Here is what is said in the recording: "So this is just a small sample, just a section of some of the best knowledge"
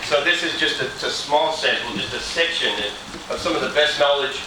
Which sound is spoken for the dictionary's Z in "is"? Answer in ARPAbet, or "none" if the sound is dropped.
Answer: Z